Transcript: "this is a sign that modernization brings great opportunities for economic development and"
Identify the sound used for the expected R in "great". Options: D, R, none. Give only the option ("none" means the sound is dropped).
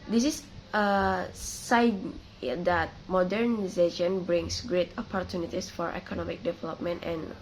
R